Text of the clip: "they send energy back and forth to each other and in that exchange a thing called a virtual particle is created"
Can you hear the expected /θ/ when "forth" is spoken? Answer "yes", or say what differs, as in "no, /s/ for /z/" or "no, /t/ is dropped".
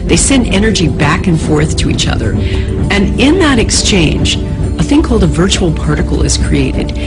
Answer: yes